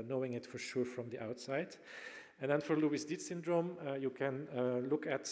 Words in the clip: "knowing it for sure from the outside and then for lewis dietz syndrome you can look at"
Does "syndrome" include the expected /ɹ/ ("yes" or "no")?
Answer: yes